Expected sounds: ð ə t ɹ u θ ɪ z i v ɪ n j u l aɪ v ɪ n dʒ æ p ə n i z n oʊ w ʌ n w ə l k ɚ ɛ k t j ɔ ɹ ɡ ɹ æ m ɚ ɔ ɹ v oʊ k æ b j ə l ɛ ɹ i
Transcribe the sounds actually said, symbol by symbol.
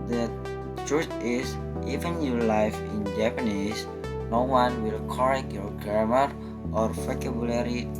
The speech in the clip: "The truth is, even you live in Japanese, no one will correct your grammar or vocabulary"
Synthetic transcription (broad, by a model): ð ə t ɹ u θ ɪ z i v ɪ n j u l aɪ f ɪ n dʒ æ p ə n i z n oʊ w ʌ n w ə l k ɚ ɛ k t j ɔ ɹ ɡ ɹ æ m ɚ ɔ ɹ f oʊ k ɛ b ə l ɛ ɹ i